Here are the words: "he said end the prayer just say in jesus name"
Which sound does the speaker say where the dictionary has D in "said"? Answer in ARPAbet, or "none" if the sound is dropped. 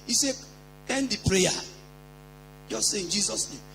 none